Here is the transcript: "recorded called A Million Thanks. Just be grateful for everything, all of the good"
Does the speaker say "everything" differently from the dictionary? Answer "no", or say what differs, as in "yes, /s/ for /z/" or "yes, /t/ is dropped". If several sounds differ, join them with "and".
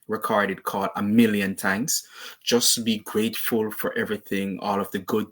no